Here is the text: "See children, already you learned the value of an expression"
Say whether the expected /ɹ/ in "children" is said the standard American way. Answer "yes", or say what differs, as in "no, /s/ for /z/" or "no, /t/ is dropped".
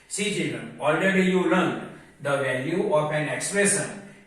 yes